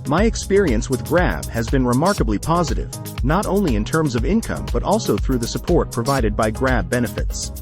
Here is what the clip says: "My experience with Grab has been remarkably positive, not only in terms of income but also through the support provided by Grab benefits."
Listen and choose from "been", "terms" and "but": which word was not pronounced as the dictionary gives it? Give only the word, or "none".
none